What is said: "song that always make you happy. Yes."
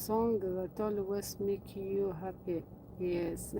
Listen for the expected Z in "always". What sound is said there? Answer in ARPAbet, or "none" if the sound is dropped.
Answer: S